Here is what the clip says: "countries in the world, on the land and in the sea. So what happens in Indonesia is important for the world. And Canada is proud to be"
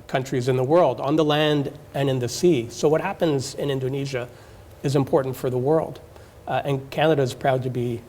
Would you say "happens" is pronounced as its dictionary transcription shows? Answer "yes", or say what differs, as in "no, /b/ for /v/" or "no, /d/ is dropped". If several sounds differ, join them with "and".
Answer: yes